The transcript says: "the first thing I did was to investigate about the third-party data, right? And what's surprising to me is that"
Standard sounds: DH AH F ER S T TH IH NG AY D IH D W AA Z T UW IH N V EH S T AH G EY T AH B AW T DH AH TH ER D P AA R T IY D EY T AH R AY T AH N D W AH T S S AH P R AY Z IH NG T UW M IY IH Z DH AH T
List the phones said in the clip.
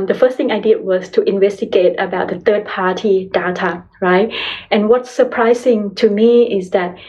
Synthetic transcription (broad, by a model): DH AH F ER S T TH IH NG AY D IH D W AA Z T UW IH N V EH S T AH G EY T AH B AW T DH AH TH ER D P AA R T IY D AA T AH R AY T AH N W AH T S S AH P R AY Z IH NG T UW M IY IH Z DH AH T